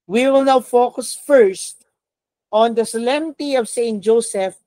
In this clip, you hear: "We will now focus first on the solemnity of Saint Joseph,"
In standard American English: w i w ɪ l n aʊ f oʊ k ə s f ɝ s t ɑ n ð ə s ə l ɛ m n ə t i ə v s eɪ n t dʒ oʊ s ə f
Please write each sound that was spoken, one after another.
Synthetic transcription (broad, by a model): w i w ɪ l n aʊ f oʊ k ə s f ɝ s t ɑ n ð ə s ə l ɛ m ə t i ə v s eɪ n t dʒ oʊ s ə f